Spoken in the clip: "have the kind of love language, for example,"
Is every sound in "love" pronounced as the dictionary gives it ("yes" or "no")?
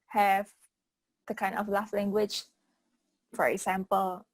no